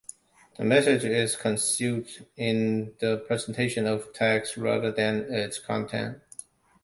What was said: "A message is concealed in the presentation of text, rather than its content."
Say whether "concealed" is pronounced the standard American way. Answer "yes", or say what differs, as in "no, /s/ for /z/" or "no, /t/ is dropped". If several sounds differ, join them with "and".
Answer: no, /l/ is dropped